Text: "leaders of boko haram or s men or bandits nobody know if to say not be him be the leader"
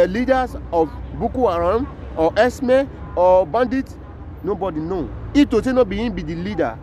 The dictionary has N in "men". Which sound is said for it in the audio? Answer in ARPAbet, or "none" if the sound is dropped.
none